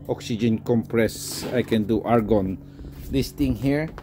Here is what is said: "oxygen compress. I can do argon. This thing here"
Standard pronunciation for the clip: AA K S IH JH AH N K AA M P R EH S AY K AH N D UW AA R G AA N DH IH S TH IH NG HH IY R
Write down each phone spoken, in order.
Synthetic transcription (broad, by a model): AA K S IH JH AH N K AA M P R EH S AY K AH N D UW AA R G AA N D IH S T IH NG HH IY R